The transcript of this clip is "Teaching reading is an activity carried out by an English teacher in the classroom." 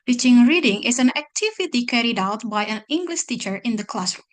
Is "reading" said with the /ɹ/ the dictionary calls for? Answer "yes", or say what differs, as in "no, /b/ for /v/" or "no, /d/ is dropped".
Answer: yes